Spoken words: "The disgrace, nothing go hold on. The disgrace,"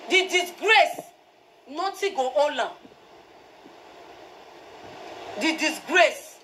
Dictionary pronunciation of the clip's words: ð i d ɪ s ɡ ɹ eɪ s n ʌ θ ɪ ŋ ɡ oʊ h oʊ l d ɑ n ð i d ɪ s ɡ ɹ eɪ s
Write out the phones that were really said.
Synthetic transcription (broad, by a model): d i d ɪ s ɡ ɹ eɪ s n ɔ t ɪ ɡ oʊ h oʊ l ɑ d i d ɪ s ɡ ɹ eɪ s